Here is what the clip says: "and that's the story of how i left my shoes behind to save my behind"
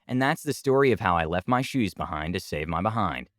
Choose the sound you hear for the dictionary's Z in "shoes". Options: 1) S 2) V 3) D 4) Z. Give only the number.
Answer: 4